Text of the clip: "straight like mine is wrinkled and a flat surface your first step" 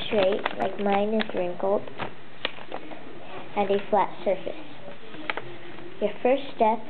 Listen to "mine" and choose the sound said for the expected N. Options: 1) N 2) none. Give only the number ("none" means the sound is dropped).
1